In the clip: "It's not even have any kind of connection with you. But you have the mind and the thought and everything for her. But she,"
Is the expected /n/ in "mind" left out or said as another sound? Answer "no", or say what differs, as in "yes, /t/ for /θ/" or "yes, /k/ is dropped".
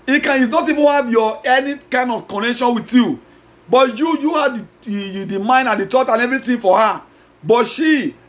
no